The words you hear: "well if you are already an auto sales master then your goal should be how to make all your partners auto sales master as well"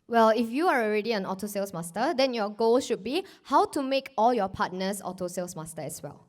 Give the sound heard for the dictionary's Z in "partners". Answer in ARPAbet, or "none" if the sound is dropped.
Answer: S